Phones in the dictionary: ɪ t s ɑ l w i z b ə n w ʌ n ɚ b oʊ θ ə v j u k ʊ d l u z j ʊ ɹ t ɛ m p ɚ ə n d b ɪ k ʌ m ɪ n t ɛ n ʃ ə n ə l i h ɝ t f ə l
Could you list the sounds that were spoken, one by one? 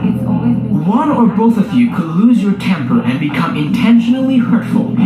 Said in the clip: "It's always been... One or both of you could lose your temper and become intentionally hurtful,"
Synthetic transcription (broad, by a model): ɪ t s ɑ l w ə n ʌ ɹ b oʊ θ ə v j u k ʊ d l u z j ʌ ɹ t ɛ m p ɚ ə n b ɪ k ʌ m ɪ n t ɛ n ʃ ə n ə l i h ɝ t f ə l